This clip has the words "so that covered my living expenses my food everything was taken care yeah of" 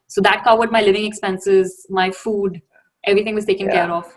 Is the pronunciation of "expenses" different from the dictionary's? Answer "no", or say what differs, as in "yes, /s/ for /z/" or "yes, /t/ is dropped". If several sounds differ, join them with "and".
no